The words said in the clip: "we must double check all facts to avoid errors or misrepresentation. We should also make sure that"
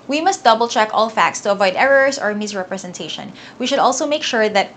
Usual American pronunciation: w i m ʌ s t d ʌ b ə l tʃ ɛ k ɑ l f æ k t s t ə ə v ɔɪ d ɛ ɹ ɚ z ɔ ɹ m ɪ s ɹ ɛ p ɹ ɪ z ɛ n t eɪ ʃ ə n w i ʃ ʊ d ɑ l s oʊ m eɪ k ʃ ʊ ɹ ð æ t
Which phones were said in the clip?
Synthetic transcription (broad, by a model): w i m ʌ s t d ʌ b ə l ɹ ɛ k ɑ l f æ k t s t ə ə v ɔɪ d ɛ ɹ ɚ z ɔ ɹ m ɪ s ɹ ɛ p ɹ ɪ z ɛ n t eɪ ʃ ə n w i ʃ ʊ d ɑ l s oʊ m eɪ k ʃ ʊ ɹ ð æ t